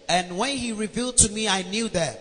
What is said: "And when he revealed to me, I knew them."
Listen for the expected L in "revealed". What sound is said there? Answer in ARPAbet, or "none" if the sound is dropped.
L